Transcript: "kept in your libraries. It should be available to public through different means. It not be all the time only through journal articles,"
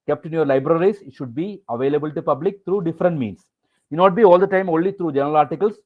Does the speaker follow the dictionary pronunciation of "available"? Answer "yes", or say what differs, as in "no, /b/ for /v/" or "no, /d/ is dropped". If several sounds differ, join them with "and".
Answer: yes